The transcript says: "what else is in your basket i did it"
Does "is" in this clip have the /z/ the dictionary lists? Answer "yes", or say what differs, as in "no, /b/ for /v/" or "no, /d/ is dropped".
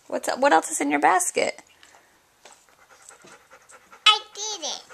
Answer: no, /s/ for /z/